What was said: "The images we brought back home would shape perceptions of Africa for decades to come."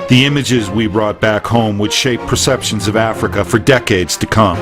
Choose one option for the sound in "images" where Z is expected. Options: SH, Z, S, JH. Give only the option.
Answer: Z